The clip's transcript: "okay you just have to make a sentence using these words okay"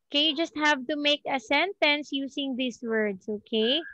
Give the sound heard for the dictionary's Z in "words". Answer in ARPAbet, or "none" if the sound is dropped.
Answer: S